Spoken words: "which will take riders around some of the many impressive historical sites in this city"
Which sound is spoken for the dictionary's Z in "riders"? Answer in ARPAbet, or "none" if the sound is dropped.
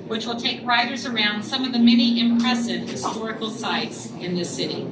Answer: Z